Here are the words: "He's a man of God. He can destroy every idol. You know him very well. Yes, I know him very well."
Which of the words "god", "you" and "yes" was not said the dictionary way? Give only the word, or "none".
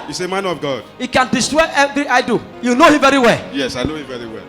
none